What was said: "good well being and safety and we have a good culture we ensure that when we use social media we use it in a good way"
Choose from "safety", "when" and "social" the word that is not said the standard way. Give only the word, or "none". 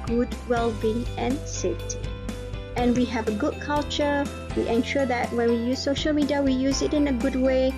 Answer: safety